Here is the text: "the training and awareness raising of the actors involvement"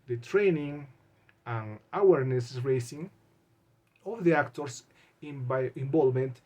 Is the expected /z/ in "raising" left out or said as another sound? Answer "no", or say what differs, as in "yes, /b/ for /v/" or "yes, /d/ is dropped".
yes, /s/ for /z/